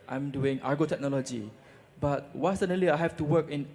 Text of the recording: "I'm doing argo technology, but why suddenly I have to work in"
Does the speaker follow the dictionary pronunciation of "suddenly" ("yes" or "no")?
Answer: no